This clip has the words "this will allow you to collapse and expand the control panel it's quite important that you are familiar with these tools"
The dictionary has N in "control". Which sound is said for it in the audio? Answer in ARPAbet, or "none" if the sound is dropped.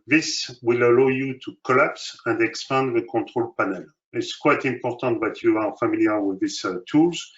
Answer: none